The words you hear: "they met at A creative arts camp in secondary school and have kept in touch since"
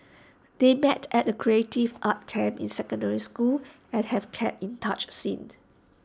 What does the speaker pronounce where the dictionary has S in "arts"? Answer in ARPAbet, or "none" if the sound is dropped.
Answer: none